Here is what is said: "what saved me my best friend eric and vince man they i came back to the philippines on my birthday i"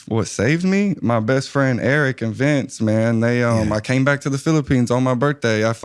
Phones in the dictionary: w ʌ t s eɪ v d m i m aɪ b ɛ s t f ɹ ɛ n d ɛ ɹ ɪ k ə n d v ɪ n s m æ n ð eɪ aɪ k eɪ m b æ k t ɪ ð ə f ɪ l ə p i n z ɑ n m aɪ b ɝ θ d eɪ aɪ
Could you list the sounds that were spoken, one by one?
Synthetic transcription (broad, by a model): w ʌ t s eɪ v d m i m aɪ b ɛ s t f ɹ ɛ n d ɛ ɹ ɪ k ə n v ɪ n s m æ n ð eɪ aɪ k eɪ m b æ k t ɪ ð ə f ɪ l ə p i n z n m aɪ b ɝ θ d eɪ aɪ